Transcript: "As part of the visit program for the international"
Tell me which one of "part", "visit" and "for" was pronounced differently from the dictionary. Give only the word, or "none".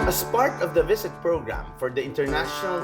visit